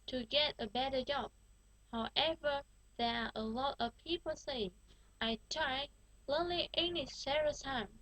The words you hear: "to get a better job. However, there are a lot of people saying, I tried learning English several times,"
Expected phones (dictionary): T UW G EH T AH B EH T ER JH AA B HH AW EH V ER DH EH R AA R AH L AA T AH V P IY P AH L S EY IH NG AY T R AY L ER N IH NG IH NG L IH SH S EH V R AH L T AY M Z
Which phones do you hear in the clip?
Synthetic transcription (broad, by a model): T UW G EH T AH B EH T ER JH AA B HH AW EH V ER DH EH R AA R AH L AA T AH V P IY P AH L S EY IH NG AY T R AY L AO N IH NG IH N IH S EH R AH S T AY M